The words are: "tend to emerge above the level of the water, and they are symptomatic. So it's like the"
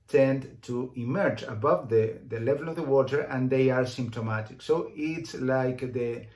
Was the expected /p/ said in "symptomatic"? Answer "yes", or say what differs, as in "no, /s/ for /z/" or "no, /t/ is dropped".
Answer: yes